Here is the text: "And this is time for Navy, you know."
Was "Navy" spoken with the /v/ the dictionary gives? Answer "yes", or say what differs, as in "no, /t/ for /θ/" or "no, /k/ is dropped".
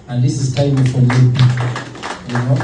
no, /p/ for /v/